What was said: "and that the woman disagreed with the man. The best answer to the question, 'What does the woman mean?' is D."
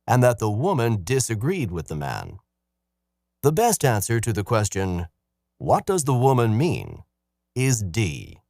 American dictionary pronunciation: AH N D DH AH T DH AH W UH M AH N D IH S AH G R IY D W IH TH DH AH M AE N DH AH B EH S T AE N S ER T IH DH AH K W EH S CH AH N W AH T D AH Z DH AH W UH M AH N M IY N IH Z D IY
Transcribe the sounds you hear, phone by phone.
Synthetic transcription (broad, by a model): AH N DH AH T DH AH W UH M AH N D IH S AH G R IY D W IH DH AH M AE N DH AH B EH S T AE N S ER T IH DH AH K W EH S CH AH N W AH T D AH Z DH AH W UH M AH N M IY N IH Z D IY